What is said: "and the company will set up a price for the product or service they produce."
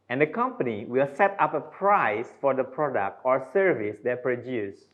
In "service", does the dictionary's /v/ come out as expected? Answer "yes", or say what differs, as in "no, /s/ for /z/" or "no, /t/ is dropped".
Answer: yes